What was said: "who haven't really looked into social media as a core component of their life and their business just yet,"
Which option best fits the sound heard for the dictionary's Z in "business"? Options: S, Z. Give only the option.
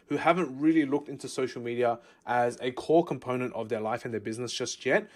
Z